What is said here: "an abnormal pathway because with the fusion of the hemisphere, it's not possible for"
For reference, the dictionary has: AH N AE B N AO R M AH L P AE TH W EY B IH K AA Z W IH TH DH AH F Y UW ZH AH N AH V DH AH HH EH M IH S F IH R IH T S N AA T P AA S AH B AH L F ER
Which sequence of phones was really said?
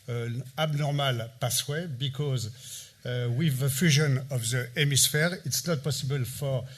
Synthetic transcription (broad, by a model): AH B N AO R M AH L P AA S W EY B IH K AA Z W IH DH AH F Y UW ZH AH N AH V DH AH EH M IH S F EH R IH T S N AA T P AA S AH B AH L F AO